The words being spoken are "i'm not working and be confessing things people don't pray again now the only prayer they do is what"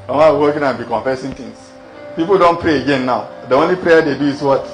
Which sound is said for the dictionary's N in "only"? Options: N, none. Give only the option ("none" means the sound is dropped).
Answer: N